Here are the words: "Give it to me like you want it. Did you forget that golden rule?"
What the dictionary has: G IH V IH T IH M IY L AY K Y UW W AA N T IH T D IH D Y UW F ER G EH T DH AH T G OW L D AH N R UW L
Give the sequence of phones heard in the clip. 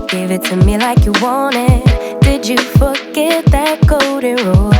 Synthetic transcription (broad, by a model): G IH V IH T IH M IY L AY K Y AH W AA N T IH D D IH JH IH F ER G EH T DH AH T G OW D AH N R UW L